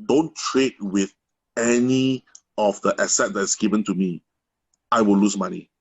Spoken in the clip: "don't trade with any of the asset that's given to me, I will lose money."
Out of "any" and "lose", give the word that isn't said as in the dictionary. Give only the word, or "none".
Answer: lose